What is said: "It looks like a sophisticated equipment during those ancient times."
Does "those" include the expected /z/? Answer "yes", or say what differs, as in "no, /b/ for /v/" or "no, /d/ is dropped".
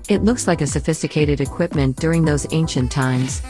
yes